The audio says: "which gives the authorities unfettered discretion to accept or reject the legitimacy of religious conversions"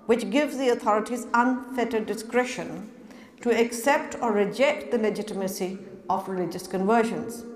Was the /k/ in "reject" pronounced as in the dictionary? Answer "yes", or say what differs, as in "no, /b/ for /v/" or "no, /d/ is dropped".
yes